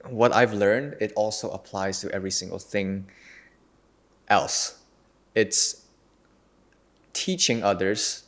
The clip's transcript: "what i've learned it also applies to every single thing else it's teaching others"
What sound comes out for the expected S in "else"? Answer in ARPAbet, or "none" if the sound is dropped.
S